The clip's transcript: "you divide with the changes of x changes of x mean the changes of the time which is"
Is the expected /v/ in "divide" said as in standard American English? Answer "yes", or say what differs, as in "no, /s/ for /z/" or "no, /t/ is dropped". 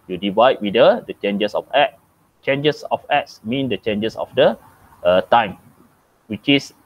yes